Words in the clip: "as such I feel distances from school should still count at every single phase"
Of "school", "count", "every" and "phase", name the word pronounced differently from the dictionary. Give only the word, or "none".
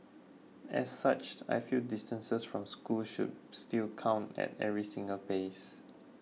phase